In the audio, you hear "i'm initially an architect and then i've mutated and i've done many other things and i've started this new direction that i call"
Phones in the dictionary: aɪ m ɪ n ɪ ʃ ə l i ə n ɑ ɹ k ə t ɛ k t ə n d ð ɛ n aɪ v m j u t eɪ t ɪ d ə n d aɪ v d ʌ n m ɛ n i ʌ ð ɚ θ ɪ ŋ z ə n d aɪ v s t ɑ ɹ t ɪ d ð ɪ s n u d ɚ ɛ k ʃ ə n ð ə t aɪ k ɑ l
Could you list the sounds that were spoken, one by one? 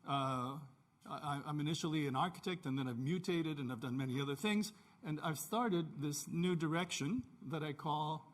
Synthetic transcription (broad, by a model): aɪ m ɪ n ɪ ʃ l i ə n ɑ ɹ k ə t ɛ k t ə n ð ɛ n aɪ v m j u t eɪ t ɪ d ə n aɪ v d ʌ n m ɛ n i ʌ ð ɚ θ ɪ ŋ z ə n aɪ v s t ɑ ɹ t ɪ d ð ɪ s n u d ɚ ɛ k ʃ ə n ð ə t aɪ k ɑ l